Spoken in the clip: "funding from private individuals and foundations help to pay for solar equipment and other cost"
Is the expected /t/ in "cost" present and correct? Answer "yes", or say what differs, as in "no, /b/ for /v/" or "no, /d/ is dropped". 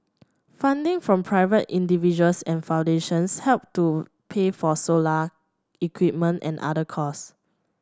no, /t/ is dropped